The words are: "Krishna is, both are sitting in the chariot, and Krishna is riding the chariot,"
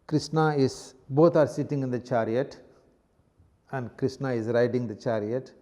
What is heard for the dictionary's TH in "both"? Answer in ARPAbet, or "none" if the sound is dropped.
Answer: T